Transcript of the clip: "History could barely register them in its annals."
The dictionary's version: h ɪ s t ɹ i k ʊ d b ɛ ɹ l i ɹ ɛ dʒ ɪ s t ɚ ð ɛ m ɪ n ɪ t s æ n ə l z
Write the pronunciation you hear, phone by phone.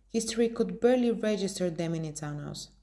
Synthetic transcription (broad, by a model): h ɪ s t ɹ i k ʊ d b ɛ ɹ l i ɹ ɛ dʒ ɪ s t ɚ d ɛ m ɪ n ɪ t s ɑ n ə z